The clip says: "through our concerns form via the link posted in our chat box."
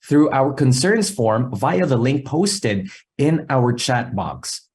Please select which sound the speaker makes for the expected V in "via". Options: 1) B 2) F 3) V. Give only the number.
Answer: 3